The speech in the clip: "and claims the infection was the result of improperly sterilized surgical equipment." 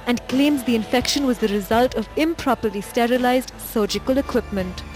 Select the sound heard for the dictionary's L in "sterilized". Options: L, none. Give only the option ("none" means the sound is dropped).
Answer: L